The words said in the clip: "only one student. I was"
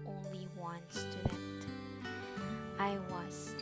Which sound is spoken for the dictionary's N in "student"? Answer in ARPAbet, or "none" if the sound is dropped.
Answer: none